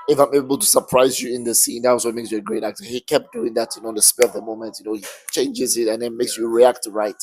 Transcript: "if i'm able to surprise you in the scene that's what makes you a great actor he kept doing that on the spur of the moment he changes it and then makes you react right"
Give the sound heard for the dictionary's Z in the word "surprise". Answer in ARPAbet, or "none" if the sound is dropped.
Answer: Z